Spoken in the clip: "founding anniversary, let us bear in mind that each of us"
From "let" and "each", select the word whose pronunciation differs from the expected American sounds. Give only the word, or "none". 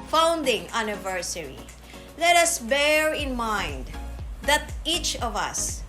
none